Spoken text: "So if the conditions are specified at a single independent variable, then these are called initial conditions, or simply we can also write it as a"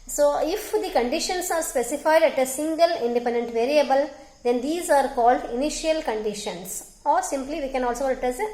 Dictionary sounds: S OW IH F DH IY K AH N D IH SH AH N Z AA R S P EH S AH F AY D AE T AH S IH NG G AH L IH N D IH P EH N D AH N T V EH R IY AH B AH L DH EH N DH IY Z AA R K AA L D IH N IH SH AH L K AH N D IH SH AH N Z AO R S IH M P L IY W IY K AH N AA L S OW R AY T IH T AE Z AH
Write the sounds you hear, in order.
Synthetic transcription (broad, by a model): S OW IH F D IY K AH N D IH SH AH N S AA R S P EH S AH F AY D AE T AH S IH NG G AH L IH N D IH P EH N D AH N T V EH R IY AH B AH L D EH N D IY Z AA R K AA L D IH N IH SH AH L K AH N D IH SH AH N S AO R S IH M P L IY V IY K AH N AA L S OW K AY IH T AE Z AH